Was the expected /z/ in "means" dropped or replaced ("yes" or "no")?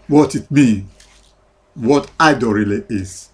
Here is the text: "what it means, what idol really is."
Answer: yes